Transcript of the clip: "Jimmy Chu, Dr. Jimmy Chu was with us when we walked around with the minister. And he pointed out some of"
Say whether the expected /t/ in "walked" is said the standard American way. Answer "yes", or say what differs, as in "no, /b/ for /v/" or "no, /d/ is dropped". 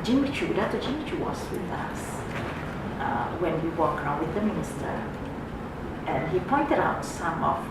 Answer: no, /t/ is dropped